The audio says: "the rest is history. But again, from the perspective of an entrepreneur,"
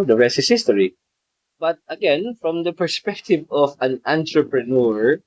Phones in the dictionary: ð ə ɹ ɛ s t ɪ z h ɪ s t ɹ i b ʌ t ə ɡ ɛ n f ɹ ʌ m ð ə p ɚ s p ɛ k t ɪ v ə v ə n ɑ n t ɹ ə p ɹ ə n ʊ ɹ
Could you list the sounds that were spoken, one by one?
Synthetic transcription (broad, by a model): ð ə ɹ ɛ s ɪ s h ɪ s t ɹ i b ʌ t ə ɡ ɛ n f ɹ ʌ m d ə p ɚ s p ɛ k t ɪ v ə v ə n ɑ n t ɹ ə p ɹ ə n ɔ ɹ